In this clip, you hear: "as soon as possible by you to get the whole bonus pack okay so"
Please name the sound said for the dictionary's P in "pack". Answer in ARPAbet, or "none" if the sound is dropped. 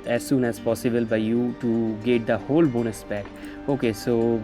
B